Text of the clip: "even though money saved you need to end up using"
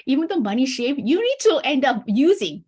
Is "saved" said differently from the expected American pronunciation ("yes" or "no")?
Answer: yes